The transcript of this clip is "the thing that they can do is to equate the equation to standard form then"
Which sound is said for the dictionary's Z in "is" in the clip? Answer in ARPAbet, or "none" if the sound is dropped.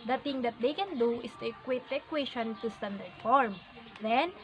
S